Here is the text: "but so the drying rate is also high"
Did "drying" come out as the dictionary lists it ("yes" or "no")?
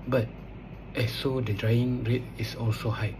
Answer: yes